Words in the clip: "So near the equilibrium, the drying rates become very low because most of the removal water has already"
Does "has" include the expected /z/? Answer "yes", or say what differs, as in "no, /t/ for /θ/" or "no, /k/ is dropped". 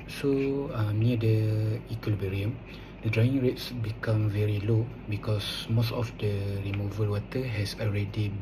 no, /s/ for /z/